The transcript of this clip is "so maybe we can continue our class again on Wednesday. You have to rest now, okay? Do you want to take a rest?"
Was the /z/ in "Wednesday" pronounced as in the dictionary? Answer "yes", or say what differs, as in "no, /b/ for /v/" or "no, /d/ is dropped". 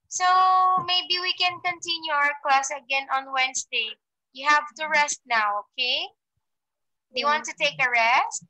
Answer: no, /s/ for /z/